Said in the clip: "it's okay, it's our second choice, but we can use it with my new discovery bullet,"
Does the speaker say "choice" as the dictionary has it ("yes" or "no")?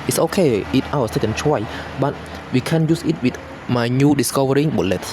no